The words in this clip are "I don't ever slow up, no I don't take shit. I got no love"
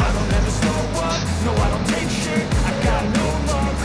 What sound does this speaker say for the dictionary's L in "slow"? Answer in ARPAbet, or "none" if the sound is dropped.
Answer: none